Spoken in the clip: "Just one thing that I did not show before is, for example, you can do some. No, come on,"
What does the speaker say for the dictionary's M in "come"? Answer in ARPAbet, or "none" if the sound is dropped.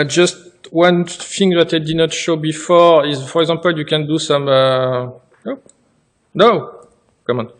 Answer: M